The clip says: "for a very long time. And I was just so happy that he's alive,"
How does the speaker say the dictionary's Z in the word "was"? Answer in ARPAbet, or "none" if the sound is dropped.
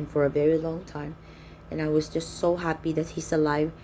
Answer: Z